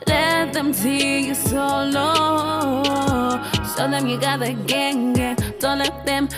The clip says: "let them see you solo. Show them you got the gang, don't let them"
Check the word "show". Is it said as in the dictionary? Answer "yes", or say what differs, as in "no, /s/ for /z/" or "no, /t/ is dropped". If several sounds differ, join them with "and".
no, /s/ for /ʃ/